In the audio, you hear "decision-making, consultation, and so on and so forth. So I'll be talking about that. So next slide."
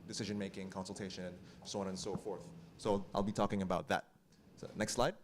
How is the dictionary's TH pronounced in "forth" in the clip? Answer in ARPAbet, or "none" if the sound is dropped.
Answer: TH